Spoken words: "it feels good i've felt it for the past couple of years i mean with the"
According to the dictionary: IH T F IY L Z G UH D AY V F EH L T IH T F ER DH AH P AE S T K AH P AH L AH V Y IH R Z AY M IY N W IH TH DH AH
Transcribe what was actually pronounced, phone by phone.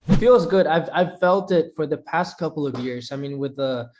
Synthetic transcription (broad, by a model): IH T F IY L Z G UH D AY V F EH L T IH T F ER DH AH P AE S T K AH P L AH V Y IH R Z AY M IY N W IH DH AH